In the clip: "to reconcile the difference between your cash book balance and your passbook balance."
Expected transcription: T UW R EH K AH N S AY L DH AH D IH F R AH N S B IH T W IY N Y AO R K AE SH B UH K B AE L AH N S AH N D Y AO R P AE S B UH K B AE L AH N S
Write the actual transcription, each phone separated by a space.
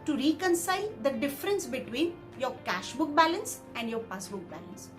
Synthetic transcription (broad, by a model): T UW R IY K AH N S AY L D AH D IH F R AH N S B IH T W IY N Y AO R K AE SH B UH K B AE L AH N S AH N D Y AO R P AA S B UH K B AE L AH N S